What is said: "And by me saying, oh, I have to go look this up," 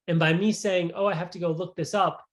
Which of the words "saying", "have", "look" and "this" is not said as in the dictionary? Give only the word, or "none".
have